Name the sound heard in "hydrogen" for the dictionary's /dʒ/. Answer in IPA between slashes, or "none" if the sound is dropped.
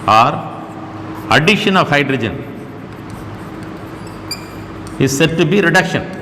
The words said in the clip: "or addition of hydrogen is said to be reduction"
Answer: /dʒ/